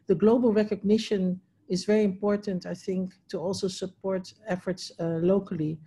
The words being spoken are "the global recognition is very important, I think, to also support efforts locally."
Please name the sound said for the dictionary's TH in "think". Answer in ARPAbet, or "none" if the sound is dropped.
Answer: TH